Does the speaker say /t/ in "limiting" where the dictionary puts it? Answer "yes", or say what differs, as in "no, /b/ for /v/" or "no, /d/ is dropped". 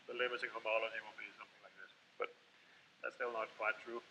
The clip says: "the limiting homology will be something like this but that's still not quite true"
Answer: no, /s/ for /t/